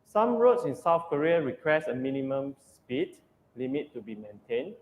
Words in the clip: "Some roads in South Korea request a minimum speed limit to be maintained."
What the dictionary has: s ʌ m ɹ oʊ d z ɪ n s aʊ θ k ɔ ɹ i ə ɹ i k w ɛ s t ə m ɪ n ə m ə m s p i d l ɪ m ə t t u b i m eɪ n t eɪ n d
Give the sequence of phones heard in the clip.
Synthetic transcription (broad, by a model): s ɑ m ɹ oʊ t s ɪ n s aʊ θ k ɔ ɹ i ə ɹ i k w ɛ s ə m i n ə m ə m s p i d l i m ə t t u b i m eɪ n t eɪ n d